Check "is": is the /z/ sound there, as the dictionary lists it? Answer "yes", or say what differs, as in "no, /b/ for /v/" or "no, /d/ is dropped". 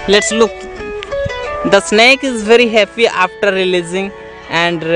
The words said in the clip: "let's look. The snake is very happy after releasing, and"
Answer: yes